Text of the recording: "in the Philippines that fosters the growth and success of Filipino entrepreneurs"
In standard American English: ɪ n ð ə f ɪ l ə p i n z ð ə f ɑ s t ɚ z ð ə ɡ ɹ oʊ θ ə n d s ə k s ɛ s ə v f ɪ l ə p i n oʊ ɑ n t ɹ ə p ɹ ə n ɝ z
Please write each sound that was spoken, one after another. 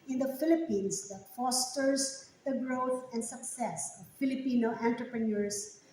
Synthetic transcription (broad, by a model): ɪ n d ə f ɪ l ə p i n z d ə f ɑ s t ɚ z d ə ɡ ɹ oʊ t ə n d s ə k s ɛ s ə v f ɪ l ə p i n oʊ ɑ n t ɹ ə p ɹ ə n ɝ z